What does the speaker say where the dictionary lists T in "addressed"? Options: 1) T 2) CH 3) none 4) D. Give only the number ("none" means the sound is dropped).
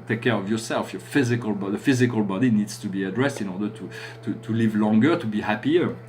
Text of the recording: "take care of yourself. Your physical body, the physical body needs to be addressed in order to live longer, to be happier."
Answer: 1